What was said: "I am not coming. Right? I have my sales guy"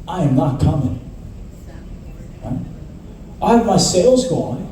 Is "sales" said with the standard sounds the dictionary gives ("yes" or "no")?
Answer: yes